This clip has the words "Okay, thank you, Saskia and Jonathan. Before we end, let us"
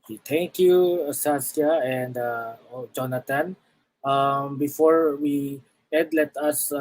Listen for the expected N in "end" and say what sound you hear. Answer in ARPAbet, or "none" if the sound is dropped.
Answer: none